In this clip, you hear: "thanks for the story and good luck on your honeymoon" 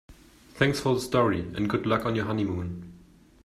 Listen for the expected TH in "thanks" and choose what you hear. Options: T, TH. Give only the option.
TH